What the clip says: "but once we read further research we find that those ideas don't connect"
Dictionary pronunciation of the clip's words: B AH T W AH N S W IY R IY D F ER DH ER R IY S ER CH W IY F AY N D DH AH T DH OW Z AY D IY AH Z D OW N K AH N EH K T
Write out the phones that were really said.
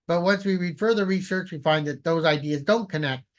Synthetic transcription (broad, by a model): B AH T W AH N S W IY R IY D F ER DH ER R IY S ER CH W IY F AY N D DH AH T DH OW Z AY D IY AH Z D OW N K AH N EH K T